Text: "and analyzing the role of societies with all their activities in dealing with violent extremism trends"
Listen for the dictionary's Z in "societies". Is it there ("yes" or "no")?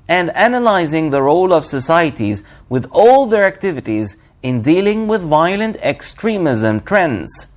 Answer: yes